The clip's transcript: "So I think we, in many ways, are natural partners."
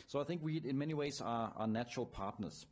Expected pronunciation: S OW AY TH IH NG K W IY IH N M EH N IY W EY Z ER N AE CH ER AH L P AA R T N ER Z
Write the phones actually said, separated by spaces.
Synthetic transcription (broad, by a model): S OW AY TH IH NG K W IY IH N M EH N IY W EY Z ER N AE CH ER AH L P AA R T N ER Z